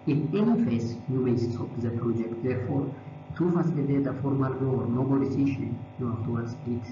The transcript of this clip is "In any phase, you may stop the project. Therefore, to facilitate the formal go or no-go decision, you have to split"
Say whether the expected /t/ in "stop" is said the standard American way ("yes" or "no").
no